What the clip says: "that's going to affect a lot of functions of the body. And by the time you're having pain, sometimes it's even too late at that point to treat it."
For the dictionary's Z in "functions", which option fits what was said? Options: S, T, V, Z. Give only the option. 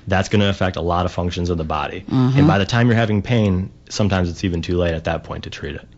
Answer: Z